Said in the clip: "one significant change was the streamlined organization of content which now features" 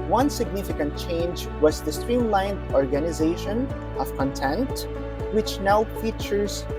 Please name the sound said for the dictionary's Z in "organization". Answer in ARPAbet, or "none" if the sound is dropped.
Z